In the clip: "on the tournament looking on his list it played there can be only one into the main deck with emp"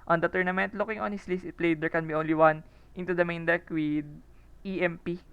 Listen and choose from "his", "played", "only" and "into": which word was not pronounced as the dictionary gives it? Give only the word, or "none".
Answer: his